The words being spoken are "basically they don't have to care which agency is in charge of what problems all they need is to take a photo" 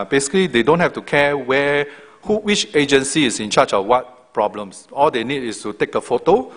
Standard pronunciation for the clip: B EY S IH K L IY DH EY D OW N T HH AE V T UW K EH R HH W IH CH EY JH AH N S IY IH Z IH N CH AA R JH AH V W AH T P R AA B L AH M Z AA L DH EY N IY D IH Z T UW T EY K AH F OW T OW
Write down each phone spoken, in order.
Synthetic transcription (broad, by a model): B EY S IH K L IY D EY D OW N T HH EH F T UW K EH W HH W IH CH EY JH AH N S IY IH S IH N CH AA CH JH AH F W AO T P R AA B L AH M S AA L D EY N IY D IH S T UW T EY K AH F OW T OW